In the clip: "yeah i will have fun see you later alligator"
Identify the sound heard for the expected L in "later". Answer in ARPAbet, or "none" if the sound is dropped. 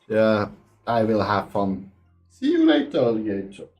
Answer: N